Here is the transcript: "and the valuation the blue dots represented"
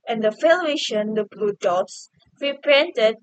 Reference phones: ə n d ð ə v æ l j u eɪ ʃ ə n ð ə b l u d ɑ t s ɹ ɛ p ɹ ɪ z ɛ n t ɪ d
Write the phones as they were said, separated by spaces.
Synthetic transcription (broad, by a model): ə n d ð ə f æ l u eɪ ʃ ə n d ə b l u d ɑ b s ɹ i p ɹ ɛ n t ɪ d